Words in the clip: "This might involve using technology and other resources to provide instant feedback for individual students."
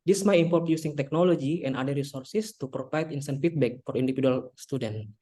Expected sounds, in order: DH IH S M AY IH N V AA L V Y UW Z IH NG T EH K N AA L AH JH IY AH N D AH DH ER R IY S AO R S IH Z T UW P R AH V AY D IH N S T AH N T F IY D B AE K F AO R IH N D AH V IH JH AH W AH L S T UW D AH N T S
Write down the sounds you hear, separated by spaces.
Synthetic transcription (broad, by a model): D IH S M AY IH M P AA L F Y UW S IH NG T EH K N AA L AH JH IY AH N D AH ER R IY S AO R S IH S T UW P R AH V AY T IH N S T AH N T F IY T B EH K F AO R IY N D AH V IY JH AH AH L S T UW D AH N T